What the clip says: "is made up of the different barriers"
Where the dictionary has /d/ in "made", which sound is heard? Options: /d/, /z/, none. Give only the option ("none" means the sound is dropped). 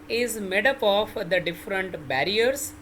/d/